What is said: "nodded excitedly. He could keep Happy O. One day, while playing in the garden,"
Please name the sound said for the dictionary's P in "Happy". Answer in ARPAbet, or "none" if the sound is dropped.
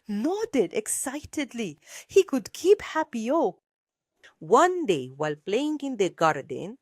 P